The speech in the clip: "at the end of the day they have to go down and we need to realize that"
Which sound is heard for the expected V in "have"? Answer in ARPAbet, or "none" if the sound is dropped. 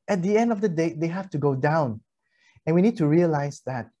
F